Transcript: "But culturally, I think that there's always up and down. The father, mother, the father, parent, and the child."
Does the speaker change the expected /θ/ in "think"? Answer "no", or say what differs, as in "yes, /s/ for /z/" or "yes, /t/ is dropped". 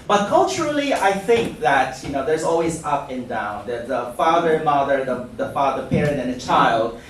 no